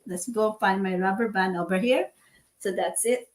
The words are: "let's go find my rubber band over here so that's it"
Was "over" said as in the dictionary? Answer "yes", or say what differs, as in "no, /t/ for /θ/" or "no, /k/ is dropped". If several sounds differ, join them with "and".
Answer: yes